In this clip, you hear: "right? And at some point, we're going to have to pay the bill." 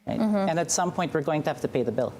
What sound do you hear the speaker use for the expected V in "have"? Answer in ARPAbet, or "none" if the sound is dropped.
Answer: F